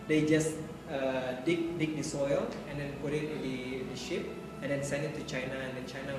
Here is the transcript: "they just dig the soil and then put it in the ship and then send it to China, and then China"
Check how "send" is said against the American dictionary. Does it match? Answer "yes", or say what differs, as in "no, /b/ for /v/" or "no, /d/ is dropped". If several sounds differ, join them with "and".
no, /d/ is dropped